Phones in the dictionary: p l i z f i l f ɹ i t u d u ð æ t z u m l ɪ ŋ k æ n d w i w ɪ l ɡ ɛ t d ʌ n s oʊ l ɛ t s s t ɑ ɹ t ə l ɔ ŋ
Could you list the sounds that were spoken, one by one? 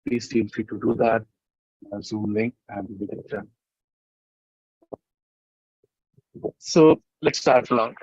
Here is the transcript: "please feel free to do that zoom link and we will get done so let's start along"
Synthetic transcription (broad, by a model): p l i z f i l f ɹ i t u d u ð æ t z u m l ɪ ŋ æ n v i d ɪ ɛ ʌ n s oʊ l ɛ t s s t ɑ ɹ t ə l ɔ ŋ